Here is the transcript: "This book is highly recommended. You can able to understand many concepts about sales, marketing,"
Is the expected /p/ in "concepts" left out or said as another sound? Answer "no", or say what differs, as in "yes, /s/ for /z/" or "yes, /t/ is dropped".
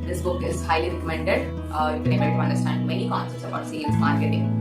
yes, /p/ is dropped